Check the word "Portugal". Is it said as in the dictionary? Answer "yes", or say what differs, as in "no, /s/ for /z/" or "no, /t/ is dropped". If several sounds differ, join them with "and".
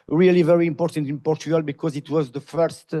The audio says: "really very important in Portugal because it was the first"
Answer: yes